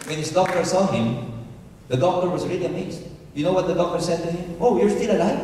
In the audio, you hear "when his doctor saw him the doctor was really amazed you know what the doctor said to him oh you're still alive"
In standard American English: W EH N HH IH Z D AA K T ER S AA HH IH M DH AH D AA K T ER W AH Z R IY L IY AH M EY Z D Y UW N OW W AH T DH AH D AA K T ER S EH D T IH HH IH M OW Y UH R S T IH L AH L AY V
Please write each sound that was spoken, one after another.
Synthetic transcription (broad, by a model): W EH N HH IH Z D AA K T ER S AA HH IH M DH AH D AA K T ER W AH Z R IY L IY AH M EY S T Y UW N OW W AH T DH AH D AA K T ER S EH D T IH HH IH M OW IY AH R S T IH L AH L AY